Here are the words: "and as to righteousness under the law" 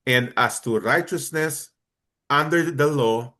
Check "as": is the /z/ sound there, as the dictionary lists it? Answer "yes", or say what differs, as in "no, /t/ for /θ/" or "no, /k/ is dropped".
no, /s/ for /z/